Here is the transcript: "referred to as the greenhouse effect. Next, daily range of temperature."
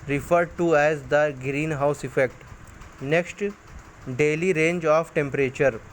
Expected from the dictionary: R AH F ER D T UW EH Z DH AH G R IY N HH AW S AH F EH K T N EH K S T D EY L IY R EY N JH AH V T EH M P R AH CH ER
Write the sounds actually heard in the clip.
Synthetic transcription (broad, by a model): R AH F ER D T UW EH Z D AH G R IY N HH AW S AH F EH K T N EH K S T D EY L IY R EY N JH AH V T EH M P R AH CH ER